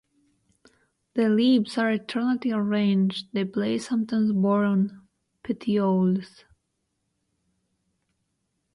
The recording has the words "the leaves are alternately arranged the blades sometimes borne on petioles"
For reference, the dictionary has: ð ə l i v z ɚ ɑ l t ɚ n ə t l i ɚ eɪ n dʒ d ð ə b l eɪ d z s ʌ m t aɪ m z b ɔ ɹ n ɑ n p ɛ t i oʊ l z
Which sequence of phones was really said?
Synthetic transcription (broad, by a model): ð ə l i b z ɚ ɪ t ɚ n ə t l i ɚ eɪ n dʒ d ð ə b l eɪ s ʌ m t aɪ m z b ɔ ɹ ɑ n p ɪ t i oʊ l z